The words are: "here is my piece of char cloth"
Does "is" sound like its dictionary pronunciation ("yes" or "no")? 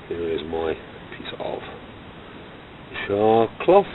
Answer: yes